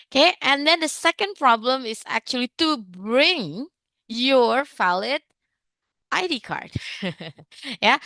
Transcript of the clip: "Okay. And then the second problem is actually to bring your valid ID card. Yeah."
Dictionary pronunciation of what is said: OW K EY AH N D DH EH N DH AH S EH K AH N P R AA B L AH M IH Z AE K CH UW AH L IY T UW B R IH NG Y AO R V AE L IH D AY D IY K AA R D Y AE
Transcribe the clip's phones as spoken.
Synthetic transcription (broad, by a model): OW K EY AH N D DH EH N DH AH S EH K AH N P R AA B L AH M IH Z AE K CH UW AH L IY T UW B R IH NG Y AO R F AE L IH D AY D IY K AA R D Y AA